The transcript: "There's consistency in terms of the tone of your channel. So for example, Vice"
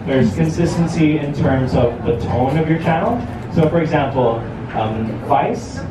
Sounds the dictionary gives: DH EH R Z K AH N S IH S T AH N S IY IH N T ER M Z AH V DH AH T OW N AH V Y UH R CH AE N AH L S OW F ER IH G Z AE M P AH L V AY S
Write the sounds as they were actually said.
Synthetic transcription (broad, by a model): DH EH R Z K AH N S IH S T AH N S IY IH N T ER M Z AH V DH AH T OW N AH V Y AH R CH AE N L S OW F ER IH G Z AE M P L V AY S